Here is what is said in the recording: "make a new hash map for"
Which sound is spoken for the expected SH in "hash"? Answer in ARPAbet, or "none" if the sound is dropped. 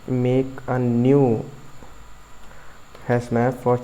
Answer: S